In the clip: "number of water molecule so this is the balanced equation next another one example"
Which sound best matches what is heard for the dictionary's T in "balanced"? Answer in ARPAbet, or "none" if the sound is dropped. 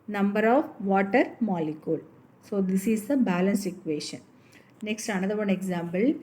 none